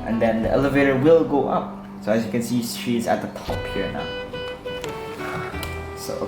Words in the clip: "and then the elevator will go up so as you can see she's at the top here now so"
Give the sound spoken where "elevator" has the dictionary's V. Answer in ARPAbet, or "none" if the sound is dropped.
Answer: V